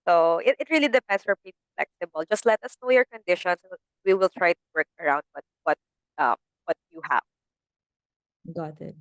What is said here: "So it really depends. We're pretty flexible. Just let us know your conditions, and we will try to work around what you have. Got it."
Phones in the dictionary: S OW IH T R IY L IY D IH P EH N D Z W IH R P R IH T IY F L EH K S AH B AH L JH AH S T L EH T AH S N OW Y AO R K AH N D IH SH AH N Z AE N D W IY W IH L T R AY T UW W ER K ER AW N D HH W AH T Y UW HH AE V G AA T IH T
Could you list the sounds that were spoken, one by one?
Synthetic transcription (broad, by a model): S OW IH T R IY L IY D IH P EH N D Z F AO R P IY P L F L EH K S AH B AH L JH AH S T L EH T AH S N OW Y AO R K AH N D IH SH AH N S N W IY W IH L T R AY T UW W ER K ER AW N D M W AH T Y UW HH AE V G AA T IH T